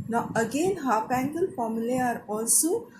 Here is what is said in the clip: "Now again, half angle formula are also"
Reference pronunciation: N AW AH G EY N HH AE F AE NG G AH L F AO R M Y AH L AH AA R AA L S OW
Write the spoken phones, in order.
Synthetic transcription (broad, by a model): N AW AH G EY N HH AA P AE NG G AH L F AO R M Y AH L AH AA R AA L S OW